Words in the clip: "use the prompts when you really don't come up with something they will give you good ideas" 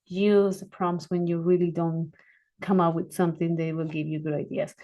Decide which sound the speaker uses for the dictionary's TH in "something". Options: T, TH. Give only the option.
TH